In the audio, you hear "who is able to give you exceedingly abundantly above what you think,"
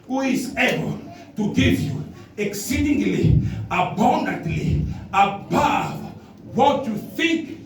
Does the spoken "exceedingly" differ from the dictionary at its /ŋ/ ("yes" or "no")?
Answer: no